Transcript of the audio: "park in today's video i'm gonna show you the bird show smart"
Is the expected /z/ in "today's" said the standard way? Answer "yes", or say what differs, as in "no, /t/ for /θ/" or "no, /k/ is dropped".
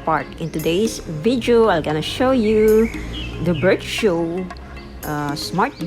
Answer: no, /s/ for /z/